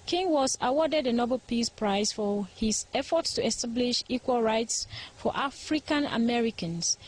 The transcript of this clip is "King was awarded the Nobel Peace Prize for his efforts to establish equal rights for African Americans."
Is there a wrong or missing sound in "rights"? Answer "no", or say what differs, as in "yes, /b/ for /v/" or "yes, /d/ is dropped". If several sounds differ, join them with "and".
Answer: no